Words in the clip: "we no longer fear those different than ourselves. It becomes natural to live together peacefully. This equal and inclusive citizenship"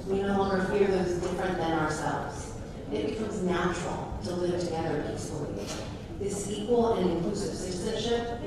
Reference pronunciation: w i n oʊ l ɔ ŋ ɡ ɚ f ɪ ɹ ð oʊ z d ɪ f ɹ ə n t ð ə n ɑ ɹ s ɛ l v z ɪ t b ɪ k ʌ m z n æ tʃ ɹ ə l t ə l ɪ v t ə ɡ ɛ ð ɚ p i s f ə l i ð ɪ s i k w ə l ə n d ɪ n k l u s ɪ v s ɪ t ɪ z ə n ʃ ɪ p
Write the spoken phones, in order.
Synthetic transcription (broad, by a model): w i n oʊ l ɔ ŋ ɡ ɚ f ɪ ɹ ð oʊ z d ɪ f ɹ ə n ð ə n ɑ ɹ s ɛ l v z ɪ t b ɪ k ʌ m z n æ tʃ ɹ l t ə l ɪ v t ə ɡ ɛ ð ɚ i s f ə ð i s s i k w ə l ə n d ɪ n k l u s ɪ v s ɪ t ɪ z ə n ʃ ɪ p